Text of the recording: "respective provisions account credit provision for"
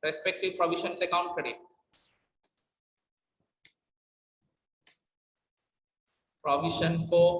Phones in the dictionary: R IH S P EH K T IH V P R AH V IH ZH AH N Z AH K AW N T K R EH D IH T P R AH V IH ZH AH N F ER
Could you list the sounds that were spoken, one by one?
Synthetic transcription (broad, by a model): R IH S P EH K T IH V P R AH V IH SH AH N S AH K AW N T K R EH D IH T P R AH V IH SH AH N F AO